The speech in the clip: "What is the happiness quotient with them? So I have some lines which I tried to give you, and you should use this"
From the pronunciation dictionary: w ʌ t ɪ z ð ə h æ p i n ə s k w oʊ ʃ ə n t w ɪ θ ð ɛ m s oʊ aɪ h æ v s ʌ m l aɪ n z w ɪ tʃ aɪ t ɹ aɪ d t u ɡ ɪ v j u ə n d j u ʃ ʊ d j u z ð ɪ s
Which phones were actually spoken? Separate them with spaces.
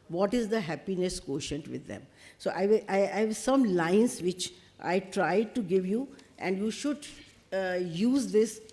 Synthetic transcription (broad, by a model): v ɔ t ɪ z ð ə h æ p i n ə s k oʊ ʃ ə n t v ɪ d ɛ m s oʊ aɪ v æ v s ʌ m l aɪ n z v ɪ tʃ aɪ t ɹ aɪ d t u ɡ ɪ v j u ə n d j u ʃ ʊ d j u z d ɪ s